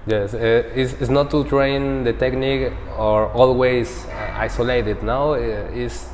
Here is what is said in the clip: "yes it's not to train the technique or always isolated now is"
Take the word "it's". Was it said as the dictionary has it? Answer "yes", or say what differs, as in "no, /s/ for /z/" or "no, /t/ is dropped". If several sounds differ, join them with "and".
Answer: no, /s/ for /t/